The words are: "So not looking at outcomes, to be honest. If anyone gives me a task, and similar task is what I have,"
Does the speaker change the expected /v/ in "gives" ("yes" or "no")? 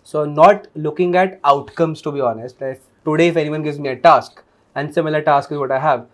no